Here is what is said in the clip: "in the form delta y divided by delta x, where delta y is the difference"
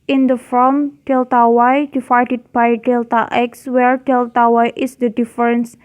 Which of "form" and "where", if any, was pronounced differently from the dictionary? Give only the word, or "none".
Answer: form